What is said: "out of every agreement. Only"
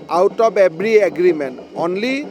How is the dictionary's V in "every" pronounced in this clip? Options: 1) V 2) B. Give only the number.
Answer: 2